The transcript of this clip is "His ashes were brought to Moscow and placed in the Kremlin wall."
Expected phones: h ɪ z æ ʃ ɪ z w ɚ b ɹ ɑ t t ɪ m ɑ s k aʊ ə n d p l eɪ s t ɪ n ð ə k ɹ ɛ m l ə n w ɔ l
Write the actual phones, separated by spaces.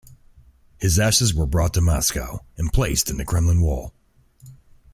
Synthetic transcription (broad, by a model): h ɪ z æ ʃ ɪ z w ɚ b ɹ ɑ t t ɪ m ɑ s k aʊ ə n p l eɪ s t ɪ n ð ə k ɹ ɛ m l ə n w ɔ l